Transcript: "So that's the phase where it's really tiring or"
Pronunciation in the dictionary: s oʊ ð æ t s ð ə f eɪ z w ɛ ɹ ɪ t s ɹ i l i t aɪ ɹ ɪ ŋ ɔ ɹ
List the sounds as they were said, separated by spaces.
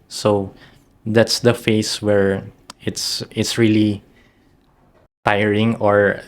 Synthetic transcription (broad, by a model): s oʊ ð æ t s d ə f eɪ s w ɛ ɹ ɪ t s ɹ i l i t aɪ ɹ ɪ ŋ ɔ ɹ